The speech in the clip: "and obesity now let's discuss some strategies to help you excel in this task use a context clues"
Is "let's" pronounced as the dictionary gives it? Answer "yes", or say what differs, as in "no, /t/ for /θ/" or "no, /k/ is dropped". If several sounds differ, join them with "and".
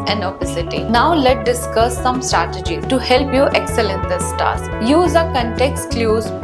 no, /s/ is dropped